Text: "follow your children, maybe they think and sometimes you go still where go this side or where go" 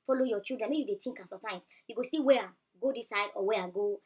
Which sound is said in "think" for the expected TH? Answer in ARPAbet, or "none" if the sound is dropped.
T